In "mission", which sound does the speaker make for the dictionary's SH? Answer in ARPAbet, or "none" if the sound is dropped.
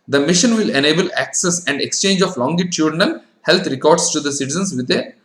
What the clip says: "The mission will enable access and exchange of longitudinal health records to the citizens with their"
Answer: SH